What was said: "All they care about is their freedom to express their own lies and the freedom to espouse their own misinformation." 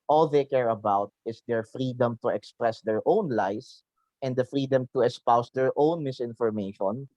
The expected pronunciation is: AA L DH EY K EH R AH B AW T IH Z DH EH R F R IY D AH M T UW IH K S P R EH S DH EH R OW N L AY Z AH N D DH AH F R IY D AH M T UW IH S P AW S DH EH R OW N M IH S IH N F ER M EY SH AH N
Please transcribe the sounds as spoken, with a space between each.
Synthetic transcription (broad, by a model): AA L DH EY K EH R AH B AW T IH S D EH R F R IY D AH M T UW IH K S P R EH S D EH R OW N L AY S AH N D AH F R IY D AH M T UW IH S P AW S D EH R OW N M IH S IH N F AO M EY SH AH N